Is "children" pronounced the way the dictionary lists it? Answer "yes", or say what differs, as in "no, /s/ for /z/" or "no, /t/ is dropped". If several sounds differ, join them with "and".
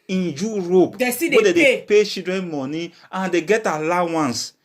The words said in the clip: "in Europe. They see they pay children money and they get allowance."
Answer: no, /l/ is dropped